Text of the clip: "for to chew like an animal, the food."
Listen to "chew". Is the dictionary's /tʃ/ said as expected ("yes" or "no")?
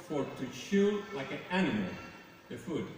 no